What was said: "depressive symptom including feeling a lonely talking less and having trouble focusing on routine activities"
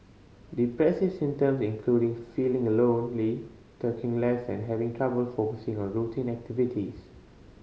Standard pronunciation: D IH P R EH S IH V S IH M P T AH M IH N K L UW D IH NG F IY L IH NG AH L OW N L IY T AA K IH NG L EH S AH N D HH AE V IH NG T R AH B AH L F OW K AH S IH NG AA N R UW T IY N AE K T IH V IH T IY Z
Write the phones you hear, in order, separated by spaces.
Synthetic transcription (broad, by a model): D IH P R EH S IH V S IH M T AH M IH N K L UW D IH NG F IY L IH NG AH L OW N L IY T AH K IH NG L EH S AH N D HH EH V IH NG T R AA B AH L F OW K AH S IH NG AA N R UW T IY N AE K T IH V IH T IY S